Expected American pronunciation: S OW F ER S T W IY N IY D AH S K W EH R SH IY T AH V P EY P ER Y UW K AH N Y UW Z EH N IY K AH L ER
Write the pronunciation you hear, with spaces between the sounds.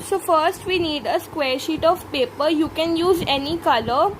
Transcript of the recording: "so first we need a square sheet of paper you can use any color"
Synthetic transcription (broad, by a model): S OW F ER S T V IY N IY D AH S K W EH R SH IY T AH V P EY P ER Y UW K AH N Y UW Z EH N IY K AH L ER